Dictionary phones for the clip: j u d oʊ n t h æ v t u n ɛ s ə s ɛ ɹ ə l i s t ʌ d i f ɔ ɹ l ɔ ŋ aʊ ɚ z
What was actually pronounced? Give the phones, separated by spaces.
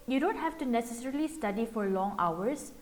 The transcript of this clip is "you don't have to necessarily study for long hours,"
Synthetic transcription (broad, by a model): j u d oʊ n t h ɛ f t u n ɛ s ə s ɛ ɹ ə l i s t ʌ d i f ɔ ɹ l ɔ ŋ aʊ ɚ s